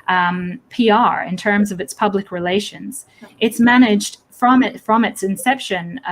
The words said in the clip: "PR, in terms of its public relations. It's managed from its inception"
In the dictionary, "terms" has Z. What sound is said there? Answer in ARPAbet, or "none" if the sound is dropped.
Z